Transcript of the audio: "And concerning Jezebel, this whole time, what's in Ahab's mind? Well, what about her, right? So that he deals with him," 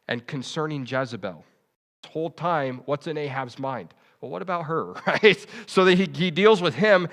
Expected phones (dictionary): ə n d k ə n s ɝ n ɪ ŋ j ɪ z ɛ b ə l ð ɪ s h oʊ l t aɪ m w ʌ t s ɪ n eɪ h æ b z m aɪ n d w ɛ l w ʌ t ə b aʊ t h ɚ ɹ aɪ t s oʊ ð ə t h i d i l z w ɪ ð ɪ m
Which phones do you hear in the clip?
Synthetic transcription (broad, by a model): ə n k ə n s ɝ n ɪ ŋ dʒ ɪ z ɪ b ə l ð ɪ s h oʊ l t aɪ m w ʌ t s ɪ n eɪ h æ b z m aɪ n d w ɛ l w ʌ t ə b aʊ t h ɚ ɹ aɪ t s oʊ ð ə t h i d i l z w ɪ ð ɪ m